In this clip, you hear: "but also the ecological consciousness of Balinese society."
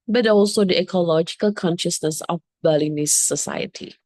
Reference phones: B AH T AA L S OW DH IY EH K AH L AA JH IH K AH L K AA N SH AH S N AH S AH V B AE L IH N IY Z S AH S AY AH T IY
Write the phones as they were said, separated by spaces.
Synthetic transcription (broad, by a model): B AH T AA L S OW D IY EH K AH L AA JH IH K AH L K AA N SH AH S N AH S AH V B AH L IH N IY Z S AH S AY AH T IY